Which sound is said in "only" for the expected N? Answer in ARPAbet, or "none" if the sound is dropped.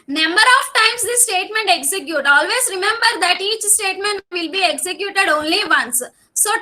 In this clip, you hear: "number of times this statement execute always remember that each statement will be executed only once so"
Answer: N